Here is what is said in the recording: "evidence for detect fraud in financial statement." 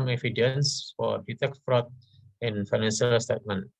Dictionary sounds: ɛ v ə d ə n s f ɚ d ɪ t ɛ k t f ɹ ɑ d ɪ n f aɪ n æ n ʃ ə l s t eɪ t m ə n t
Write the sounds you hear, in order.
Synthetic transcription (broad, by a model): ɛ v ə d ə n s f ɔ d ɪ t ɛ k t f ɹ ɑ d ɪ n f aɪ n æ n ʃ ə l s t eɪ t m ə n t